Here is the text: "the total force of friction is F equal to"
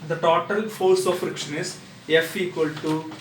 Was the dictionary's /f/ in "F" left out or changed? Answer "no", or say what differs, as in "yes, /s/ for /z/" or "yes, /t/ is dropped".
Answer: no